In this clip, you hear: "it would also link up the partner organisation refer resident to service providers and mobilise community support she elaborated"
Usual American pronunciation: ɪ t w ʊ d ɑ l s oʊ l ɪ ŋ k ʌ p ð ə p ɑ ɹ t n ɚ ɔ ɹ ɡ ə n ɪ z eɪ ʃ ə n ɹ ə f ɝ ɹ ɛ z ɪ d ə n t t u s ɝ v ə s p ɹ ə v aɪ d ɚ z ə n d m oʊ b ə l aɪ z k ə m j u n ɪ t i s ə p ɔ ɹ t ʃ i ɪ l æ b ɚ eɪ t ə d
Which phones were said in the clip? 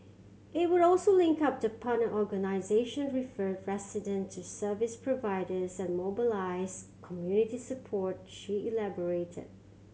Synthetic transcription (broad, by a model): ɪ t w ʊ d ɑ l s oʊ l ɪ ŋ k ʌ p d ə p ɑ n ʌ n ɔ ɹ ɡ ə n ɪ z eɪ ʃ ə n ɹ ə f ɝ ɹ ɛ s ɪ d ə n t t u s ɝ v ə s p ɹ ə v aɪ d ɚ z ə n m oʊ b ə l aɪ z k ə m j u n ɪ t i s ə p ɔ ɹ t ʃ i ɪ l æ b ɚ eɪ t ə d